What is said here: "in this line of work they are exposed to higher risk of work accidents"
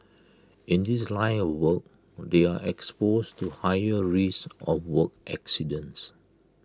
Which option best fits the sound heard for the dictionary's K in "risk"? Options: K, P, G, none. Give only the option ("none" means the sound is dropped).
none